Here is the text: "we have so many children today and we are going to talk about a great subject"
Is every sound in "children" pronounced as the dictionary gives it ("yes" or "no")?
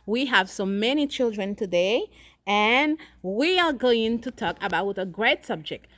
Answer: yes